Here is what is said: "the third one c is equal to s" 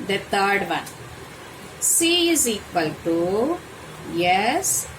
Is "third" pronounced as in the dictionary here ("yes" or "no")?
no